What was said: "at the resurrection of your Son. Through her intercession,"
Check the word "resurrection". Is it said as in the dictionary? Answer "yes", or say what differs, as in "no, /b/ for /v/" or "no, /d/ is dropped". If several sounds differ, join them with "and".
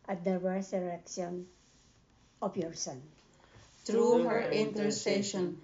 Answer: no, /w/ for /ɹ/ and /s/ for /z/